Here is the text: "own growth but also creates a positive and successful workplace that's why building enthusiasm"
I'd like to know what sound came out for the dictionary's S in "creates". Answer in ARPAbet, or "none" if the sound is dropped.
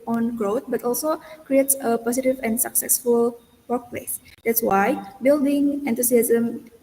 S